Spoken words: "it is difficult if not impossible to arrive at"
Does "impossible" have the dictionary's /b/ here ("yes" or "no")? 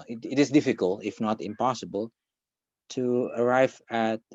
yes